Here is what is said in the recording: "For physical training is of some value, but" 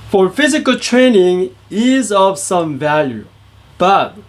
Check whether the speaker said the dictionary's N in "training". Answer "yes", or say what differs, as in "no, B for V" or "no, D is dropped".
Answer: yes